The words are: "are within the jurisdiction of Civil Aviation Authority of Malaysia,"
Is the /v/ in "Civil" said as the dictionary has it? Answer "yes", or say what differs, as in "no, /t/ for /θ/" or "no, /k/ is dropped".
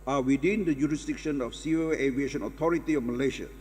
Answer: no, /v/ is dropped